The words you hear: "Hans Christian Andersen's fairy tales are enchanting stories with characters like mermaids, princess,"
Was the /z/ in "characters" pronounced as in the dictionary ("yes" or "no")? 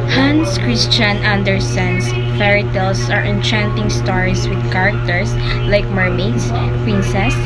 no